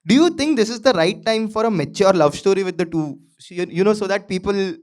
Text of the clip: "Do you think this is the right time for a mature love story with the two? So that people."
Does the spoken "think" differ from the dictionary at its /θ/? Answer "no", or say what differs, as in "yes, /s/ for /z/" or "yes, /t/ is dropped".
yes, /t/ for /θ/